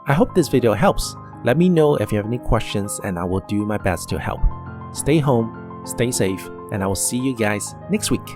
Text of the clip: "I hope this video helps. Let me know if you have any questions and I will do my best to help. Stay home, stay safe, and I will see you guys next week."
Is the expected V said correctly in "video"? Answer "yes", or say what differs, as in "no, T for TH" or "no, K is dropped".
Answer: yes